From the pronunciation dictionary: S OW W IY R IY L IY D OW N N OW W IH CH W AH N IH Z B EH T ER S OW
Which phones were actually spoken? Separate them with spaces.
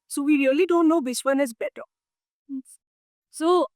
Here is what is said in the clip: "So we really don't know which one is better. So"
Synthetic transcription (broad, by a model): S OW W IY R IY L IY D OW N N OW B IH S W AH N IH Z B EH T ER S OW